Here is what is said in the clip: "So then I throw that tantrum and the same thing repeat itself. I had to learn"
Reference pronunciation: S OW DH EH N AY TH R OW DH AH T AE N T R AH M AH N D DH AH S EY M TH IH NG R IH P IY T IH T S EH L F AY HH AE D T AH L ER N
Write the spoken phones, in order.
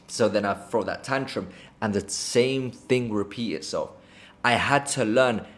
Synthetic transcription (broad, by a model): S OW DH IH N AY F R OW DH AH T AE N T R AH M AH N DH AH S EY M TH IH NG R IH P IY T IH T S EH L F AY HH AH D T AH L ER N